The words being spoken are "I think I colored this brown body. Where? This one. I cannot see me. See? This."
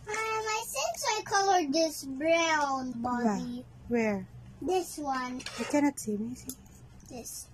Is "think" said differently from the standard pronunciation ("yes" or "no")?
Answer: yes